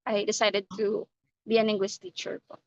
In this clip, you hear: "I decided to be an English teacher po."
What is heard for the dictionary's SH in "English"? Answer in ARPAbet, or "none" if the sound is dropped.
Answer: S